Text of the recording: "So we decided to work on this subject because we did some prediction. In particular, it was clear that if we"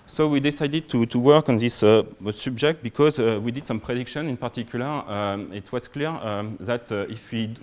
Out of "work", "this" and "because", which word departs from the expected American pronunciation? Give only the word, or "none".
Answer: none